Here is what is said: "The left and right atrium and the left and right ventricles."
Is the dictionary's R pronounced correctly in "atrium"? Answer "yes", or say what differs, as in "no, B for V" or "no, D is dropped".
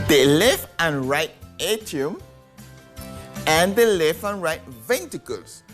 no, R is dropped